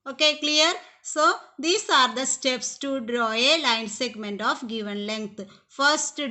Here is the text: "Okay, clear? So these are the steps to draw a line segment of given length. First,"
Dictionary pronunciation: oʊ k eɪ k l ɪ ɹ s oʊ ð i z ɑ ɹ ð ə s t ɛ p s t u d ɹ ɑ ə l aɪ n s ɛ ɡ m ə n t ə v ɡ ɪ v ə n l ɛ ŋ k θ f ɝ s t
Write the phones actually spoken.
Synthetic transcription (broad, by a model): oʊ k eɪ k l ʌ ɹ s oʊ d i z ɑ ɹ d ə s t ɛ p s t u d ɹ ɑ ə l aɪ n s ɛ ɡ m ə n t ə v ɡ ɪ v ə n l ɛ ŋ k t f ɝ s t